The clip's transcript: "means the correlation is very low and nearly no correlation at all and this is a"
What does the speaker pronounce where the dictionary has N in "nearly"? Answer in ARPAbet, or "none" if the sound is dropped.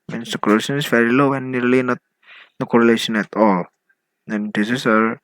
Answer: L